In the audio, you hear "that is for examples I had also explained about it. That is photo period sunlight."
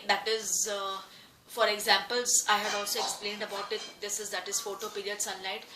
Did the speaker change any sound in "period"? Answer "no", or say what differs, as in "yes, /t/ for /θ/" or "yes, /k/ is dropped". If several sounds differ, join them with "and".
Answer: no